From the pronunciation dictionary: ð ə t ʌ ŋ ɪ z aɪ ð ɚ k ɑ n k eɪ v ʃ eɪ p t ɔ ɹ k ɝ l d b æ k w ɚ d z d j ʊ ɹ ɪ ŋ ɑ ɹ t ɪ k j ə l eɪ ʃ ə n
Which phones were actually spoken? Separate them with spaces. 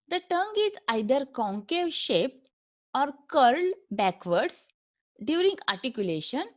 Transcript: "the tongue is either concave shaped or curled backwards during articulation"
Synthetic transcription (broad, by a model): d ə t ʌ ŋ ɪ z aɪ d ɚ k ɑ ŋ k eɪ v ʃ eɪ p t ɔ ɹ k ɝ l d b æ k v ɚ d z d j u ɹ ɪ ŋ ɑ ɹ t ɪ k j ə l eɪ ʃ ə n